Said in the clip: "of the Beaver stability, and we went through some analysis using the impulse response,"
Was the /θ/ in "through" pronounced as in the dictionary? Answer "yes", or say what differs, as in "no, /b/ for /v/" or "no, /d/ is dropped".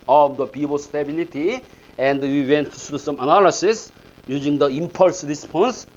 no, /t/ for /θ/